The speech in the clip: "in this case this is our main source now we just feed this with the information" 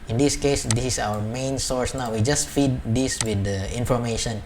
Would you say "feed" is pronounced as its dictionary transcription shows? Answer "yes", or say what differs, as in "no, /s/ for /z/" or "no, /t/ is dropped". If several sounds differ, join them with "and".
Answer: yes